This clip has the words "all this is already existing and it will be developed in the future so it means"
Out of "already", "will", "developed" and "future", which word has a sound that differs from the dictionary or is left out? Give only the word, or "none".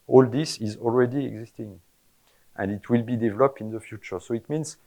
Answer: none